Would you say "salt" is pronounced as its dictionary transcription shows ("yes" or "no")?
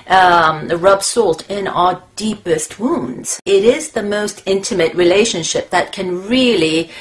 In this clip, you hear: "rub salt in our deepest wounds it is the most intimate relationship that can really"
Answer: yes